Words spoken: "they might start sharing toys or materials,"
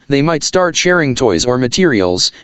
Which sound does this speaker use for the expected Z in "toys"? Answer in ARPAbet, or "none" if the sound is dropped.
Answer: Z